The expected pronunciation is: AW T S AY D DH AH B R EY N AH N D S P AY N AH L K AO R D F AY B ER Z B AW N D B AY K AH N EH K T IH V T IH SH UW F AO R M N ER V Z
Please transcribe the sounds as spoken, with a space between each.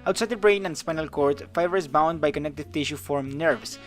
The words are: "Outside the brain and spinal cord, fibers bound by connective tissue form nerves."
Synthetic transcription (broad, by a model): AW T S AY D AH B R EY N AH N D S P AY N AH L K AO R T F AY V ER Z B AW N D B AY K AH N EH K T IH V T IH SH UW F AO R M N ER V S